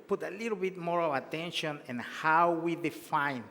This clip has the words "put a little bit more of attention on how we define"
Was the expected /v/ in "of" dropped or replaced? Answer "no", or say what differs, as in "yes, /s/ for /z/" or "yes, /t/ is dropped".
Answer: yes, /w/ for /v/